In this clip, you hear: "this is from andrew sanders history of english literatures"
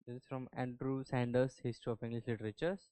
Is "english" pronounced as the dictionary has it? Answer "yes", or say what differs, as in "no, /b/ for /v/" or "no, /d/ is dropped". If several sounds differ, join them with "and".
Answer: no, /s/ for /ʃ/